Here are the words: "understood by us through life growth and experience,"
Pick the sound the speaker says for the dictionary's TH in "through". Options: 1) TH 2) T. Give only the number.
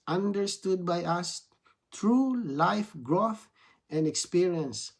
2